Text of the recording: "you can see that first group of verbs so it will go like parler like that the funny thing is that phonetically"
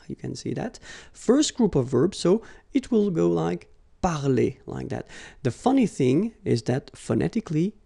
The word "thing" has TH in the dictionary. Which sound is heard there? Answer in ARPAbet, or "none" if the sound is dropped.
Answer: TH